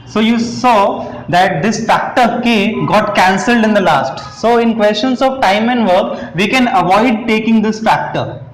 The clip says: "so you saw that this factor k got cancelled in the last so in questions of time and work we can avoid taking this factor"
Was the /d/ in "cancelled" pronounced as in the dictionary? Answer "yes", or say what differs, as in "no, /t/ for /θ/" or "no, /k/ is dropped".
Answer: yes